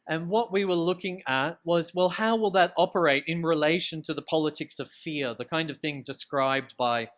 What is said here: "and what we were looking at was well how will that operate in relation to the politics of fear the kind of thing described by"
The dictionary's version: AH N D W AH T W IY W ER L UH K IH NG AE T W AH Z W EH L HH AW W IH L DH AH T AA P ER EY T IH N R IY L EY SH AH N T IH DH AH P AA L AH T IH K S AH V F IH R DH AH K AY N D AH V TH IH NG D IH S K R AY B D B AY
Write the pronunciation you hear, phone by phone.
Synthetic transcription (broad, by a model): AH N W AH T W IY W ER L UH K IH NG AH T W AH Z W EH L HH AW W IH L DH AH T AA P ER EY T IH N R IY L EY SH AH N T IH DH AH P AA L AH T IH K S AH V F IH R DH AH K AY N D AH V TH IH NG D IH S K R AY B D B AY